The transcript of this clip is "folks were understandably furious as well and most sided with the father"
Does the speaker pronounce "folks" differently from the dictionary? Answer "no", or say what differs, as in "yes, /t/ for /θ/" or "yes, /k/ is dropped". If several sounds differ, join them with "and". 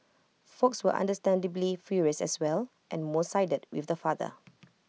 no